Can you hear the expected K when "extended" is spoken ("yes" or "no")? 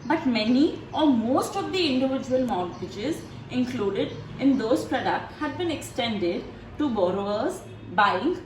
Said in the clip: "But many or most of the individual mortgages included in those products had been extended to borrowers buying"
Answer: yes